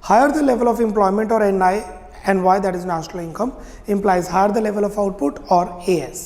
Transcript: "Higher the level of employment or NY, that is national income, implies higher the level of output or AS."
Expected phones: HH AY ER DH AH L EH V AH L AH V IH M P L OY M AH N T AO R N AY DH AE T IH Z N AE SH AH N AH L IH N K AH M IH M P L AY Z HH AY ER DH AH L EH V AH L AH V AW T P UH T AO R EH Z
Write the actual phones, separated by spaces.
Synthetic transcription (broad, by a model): HH AY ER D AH L EH V AH L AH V IH M P L OY M AH N T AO R N AY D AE T IH Z N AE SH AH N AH L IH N K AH M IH M P L AY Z HH AY ER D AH L EH V AH L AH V AW T P UH T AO R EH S